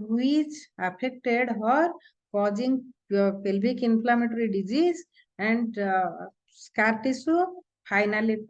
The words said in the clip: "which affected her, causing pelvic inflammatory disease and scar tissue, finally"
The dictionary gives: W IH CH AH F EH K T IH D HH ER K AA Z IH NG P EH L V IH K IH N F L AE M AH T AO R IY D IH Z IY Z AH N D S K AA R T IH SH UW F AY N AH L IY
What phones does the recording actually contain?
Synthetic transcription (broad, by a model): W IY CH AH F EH K T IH D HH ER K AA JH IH NG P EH L B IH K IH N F L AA M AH T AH R IY D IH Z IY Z AH N D S K AA R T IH S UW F AY N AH L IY